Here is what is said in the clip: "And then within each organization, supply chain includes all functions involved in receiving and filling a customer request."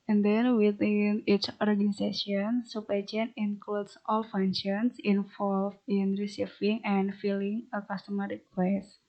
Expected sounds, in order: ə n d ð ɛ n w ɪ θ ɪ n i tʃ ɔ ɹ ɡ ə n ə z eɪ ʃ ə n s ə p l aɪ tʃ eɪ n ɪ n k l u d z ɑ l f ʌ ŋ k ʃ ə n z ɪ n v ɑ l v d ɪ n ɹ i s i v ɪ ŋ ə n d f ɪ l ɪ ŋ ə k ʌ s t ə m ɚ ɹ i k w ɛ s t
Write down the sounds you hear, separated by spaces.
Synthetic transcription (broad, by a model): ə n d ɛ n w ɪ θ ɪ n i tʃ ɔ ɹ ɡ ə n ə s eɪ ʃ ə n s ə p aɪ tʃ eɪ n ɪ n k l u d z ɑ l f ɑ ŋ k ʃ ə n s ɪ n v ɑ l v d ɪ n ɹ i s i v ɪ ŋ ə n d f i l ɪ ŋ ə k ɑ s t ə m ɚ ɹ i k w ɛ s